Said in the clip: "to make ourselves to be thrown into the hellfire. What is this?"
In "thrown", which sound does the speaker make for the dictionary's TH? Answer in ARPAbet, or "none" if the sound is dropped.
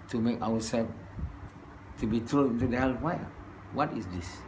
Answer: T